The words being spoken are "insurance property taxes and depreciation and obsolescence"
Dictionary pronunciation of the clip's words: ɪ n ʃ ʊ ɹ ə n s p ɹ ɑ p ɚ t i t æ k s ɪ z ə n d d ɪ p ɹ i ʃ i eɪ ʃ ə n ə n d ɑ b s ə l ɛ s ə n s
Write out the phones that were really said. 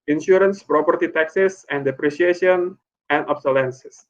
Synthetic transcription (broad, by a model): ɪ n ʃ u ɹ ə n s p ɹ ɑ p ɚ t i t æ k s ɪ s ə n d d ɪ p ɹ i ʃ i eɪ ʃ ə n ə n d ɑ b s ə l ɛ s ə s